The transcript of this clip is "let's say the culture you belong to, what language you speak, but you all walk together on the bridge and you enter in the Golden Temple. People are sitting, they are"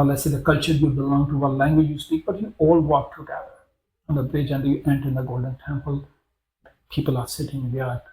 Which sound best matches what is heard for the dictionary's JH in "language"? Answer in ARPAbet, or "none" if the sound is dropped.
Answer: JH